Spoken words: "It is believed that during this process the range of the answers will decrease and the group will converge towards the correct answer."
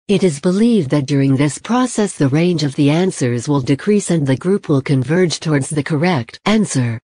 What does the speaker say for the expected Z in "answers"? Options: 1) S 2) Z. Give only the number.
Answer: 2